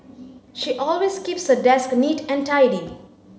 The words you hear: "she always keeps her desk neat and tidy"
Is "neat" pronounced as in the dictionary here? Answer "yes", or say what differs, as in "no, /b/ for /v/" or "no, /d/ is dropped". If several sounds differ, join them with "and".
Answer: yes